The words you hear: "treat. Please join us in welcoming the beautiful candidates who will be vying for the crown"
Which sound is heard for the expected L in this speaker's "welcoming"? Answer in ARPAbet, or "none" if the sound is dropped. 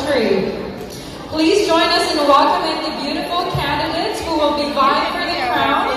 none